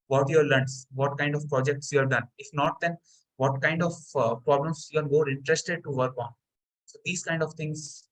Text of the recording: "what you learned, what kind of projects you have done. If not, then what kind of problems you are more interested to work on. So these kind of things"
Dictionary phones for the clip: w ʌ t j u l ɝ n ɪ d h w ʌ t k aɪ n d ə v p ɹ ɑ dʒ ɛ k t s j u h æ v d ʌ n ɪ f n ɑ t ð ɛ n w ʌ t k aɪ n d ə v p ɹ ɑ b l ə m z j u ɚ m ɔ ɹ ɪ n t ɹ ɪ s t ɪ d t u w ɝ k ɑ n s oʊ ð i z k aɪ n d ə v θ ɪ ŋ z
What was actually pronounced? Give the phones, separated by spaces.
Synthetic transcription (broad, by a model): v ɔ t j u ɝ l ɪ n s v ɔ t k aɪ n d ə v p ɹ ɑ dʒ ɛ k t s j u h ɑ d d ʌ n ɪ f n ɑ t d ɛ n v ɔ t k aɪ n d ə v p ɹ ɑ b l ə m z j u ɚ m ɔ ɹ ɪ n t ɹ ɪ s t ɪ d t u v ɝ k ɑ n s oʊ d i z k aɪ n d ə v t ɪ ŋ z